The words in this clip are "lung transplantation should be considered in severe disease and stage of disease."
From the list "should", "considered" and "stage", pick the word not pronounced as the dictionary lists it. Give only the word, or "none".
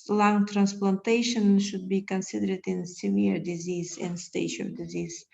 stage